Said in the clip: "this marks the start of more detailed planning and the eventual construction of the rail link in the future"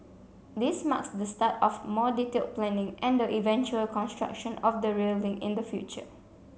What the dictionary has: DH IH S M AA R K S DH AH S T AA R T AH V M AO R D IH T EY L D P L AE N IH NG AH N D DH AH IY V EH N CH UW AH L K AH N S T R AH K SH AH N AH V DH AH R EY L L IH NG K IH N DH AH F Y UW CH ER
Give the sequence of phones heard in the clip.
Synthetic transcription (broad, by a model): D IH S M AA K S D AH S T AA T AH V M AO D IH T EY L P L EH N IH NG AH N D AH IY V EH N CH UW AH L K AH N S T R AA K SH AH N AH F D AH R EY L L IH NG IH N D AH F Y UW CH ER